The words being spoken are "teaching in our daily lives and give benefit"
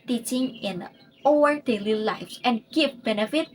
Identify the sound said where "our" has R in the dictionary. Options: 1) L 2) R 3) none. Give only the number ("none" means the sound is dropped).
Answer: 1